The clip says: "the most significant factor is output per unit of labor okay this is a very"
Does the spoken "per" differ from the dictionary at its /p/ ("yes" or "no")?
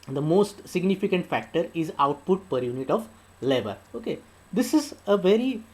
no